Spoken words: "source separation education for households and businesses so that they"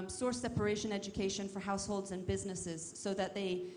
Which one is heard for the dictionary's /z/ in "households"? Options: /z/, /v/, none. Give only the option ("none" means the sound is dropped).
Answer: /z/